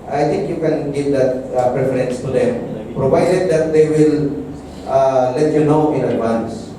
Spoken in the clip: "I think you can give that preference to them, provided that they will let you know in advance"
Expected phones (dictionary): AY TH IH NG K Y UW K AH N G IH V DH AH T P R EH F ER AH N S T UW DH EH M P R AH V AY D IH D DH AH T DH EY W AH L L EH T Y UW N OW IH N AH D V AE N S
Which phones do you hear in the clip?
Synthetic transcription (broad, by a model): AY T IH NG K Y UW K AH N G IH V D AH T P R EH F ER AH N S T UW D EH M P R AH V AY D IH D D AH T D EY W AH L L EH T Y UW N OW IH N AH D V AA N S